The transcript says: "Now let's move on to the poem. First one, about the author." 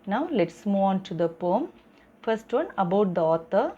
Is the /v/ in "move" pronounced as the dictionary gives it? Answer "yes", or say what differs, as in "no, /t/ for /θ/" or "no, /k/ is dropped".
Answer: no, /v/ is dropped